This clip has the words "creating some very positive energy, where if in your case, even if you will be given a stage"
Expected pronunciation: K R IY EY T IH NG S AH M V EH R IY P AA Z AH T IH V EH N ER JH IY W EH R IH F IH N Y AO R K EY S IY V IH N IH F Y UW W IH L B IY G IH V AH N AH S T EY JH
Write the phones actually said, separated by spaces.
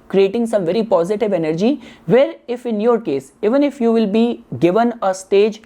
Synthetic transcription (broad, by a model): K R IY EY T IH NG S AH M V EH R IY P AA Z AH T IH V EH N ER JH IY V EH R IH F IH N Y AO R K EY S IY V IH N IH F Y UW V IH L B IY G IH V AH N AH S T EY JH